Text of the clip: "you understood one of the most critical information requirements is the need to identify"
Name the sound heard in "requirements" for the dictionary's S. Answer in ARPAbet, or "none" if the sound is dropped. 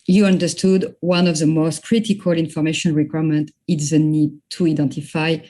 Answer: none